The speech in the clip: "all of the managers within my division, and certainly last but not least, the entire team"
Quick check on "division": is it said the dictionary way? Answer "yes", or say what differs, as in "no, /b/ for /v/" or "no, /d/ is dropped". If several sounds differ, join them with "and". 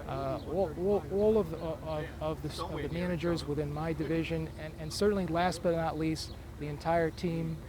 yes